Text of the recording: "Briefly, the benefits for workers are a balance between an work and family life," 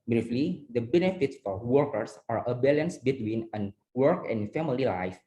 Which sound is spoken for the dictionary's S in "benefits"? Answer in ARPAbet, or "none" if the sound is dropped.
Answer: S